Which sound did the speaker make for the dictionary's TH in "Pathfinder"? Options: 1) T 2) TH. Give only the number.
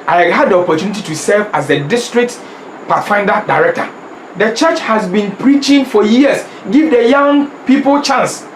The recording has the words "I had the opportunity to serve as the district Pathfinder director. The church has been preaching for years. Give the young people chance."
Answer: 1